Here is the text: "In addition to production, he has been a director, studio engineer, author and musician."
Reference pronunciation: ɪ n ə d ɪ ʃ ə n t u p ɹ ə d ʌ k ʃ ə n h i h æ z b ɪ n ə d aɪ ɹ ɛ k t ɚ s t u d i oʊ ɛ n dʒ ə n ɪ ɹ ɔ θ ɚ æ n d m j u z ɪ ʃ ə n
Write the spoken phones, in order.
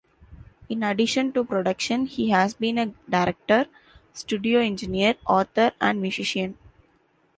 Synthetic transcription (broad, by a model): ɪ n ə d ɪ ʃ ə n t u p ɹ ə d ʌ k ʃ ə n h i h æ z b ɪ n ə d aɪ ɹ ɛ k t ɚ s t u d i oʊ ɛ n dʒ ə n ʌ ɹ ɔ t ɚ æ n d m j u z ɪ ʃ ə n